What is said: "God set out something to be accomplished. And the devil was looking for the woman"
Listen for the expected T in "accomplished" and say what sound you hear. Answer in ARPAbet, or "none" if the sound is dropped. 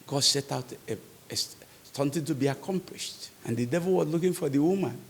T